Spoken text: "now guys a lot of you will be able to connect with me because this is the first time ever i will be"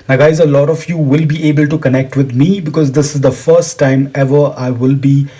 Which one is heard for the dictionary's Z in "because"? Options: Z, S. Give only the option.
Z